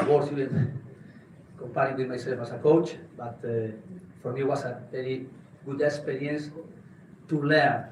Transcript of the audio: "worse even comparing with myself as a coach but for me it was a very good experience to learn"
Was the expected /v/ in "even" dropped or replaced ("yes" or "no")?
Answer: yes